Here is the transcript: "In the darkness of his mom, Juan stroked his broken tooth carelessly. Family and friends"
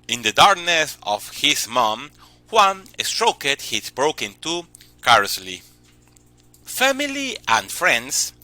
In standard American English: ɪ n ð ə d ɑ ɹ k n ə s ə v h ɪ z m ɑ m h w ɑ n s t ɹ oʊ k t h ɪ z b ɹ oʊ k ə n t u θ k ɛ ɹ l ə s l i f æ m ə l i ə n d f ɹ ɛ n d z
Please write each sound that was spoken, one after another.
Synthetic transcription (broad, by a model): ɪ n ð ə d ɑ ɹ k n ə s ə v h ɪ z m ɑ m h w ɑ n s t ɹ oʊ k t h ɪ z b ɹ oʊ k ə n t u k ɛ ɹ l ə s l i f æ m ə l i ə n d f ɹ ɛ n d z